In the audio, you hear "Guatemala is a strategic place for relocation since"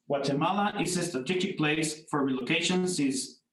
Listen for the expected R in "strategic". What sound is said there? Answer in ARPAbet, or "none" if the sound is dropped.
none